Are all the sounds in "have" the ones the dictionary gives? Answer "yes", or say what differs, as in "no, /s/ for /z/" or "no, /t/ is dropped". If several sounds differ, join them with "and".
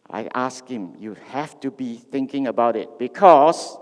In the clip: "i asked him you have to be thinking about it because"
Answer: no, /f/ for /v/